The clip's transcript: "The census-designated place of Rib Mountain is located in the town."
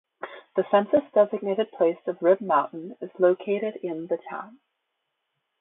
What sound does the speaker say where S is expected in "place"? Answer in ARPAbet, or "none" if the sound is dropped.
S